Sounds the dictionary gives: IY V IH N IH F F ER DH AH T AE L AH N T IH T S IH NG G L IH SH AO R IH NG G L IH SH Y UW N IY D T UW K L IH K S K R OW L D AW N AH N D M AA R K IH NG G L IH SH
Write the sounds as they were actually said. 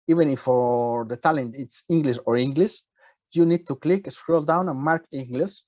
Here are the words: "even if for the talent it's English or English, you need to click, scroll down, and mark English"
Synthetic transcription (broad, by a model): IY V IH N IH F F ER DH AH T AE L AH N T IH T S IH NG G L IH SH AO R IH NG G L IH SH Y UW N IY D T UW K L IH K S K R OW L D AW N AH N M AA R K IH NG G L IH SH